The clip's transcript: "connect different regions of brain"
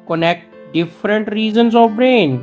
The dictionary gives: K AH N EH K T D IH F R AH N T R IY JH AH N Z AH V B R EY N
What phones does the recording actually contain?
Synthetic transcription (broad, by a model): K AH N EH K T D IH F R AH N T R IY Z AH N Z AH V B R EY N